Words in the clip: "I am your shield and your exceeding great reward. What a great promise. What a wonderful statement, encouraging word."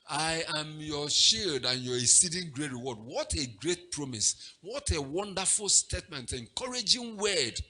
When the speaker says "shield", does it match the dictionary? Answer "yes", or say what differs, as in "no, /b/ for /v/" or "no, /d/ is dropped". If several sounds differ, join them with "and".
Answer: yes